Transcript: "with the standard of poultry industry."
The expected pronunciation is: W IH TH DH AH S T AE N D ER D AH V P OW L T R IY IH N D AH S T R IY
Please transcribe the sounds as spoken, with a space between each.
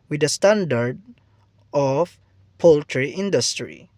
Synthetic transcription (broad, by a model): W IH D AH S T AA N D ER D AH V P OW L T R IY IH N D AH S T R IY